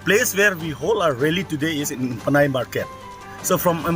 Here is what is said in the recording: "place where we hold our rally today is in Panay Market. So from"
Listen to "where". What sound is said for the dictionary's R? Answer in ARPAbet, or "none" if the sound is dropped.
R